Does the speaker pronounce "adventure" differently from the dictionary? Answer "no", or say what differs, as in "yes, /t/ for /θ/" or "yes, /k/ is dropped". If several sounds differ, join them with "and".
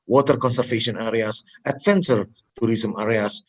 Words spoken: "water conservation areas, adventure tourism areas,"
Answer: yes, /s/ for /tʃ/